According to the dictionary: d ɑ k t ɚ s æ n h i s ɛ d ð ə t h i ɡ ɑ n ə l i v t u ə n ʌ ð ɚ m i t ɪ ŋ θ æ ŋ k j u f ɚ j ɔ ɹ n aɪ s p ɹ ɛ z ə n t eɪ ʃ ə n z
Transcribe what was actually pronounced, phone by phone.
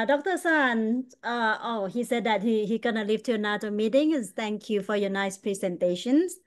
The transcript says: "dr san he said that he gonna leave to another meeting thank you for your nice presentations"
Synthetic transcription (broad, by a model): d ɑ k t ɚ s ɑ n h i s ɛ d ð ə t h i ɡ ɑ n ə l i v t u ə n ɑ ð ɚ m i t ɪ ŋ t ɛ ŋ k j u f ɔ j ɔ n aɪ s p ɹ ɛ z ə n t eɪ ʃ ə n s